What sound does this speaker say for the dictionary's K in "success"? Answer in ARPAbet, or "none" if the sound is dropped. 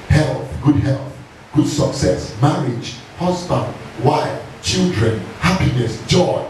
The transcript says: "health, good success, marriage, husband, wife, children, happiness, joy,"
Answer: K